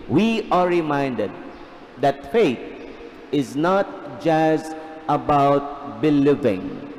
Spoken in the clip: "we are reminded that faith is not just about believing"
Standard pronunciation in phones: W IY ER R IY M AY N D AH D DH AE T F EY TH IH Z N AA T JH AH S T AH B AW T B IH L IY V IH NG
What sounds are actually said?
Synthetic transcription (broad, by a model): W IY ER R IY M AY N D AH D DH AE T F EY T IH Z N AA T JH AH S T AH B AW T B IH L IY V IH NG